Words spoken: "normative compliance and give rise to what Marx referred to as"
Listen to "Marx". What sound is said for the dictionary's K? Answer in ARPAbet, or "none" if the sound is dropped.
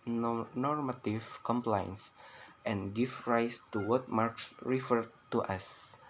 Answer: K